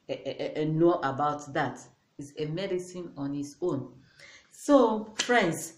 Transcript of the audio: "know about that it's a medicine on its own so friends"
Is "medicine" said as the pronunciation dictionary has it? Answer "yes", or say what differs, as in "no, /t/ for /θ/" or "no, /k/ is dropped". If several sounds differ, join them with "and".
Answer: yes